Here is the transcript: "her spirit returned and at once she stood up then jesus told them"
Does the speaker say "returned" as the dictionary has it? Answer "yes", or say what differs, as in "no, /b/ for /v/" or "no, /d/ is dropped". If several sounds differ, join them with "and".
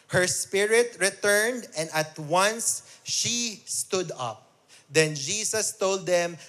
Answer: yes